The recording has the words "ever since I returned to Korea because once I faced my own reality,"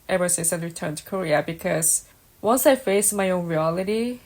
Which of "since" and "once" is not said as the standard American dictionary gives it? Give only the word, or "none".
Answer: since